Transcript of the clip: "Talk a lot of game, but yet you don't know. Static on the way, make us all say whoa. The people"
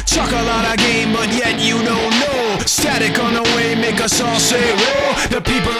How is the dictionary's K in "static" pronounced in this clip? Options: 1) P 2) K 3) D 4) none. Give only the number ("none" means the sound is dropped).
2